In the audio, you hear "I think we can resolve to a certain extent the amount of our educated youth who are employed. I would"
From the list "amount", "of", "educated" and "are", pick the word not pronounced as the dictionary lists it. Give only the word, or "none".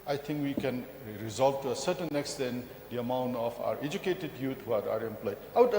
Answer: of